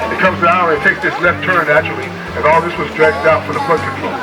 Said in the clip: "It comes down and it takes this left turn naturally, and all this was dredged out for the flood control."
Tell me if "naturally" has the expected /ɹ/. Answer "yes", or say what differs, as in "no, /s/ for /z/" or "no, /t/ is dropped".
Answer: no, /ɹ/ is dropped